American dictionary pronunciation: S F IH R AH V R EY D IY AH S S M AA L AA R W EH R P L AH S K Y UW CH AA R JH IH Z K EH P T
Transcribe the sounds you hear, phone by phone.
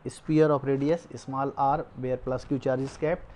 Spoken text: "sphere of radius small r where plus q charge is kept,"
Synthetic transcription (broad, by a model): S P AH R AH P R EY D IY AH S S M AA L AA R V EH R P L AH S K Y UW CH AA R JH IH S K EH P